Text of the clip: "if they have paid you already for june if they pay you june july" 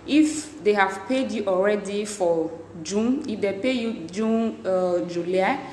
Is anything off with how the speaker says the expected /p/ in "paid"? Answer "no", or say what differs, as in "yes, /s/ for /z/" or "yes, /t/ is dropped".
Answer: no